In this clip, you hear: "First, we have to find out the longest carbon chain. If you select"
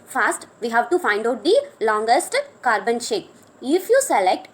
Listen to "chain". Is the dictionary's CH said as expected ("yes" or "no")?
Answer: no